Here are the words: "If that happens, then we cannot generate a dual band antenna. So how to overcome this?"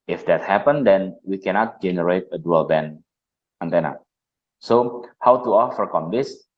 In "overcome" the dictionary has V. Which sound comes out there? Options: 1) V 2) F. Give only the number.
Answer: 2